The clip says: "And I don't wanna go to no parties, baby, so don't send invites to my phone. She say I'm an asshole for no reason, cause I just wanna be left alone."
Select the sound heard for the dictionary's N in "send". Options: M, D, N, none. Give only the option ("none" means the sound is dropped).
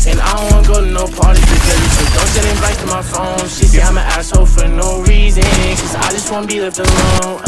none